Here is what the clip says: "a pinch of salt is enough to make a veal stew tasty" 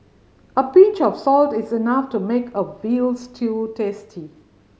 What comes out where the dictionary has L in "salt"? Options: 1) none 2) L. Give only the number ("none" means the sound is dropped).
2